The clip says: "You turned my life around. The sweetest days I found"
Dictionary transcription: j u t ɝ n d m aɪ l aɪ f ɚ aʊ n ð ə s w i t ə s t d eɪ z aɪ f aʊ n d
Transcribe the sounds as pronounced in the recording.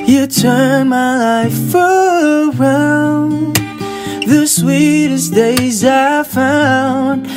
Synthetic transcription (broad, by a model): j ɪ t ɝ n m aɪ l aɪ f ɚ aʊ n ð ə s w i t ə s d eɪ z aɪ f aʊ n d